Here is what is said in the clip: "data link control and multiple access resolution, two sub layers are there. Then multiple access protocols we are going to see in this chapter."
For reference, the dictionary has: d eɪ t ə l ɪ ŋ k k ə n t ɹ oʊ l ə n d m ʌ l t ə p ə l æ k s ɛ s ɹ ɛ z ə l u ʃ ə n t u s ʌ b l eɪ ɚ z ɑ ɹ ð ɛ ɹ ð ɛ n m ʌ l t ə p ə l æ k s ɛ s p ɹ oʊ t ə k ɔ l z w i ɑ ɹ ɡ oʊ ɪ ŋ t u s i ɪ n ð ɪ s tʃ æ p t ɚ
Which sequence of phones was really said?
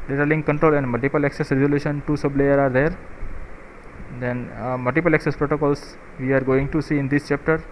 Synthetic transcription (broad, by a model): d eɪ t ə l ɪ ŋ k k ə n t ɹ oʊ l ə n d m ʌ l t ə p ə l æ k s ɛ s ɹ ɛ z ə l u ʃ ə n t u s ʌ b l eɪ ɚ ɑ ɹ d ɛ ɹ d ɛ n m ʌ l t ə p ə l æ k s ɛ s p ɹ oʊ t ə k ɔ l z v i ɑ ɹ ɡ oʊ ɪ ŋ t u s i ɪ n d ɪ s tʃ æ p t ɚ